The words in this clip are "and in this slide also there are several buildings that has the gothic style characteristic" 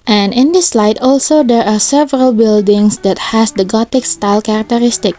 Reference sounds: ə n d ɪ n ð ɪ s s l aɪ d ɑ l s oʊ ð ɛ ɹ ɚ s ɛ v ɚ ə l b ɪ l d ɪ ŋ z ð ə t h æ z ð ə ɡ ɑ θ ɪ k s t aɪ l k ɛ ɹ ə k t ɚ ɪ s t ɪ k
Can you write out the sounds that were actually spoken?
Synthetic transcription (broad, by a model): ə n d ɪ n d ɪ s s l aɪ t ɑ l s oʊ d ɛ ɹ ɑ s ɛ v ɚ ə l b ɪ l d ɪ ŋ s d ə t h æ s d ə ɡ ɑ t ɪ k s t aɪ l k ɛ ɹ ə k t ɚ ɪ s t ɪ k